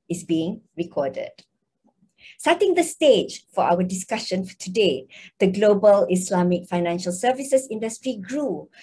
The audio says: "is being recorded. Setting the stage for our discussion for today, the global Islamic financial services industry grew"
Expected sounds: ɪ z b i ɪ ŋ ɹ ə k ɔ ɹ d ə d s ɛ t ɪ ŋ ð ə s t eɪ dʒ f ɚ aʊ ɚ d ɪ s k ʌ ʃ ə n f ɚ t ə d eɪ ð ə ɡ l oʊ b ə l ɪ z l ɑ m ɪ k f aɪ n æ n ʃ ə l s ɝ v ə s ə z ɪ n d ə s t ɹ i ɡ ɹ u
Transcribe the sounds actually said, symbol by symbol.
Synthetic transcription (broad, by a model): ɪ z b i ɪ ŋ ɹ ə k ɔ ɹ d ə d s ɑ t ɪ ŋ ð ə s t eɪ dʒ f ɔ aʊ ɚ d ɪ s k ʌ ʃ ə n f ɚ t ə d eɪ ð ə ɡ l oʊ b ə l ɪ s l ɑ m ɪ k f aɪ n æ n ʃ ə l s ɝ v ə s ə s ɪ n d ə s t ɹ i ɡ ɹ u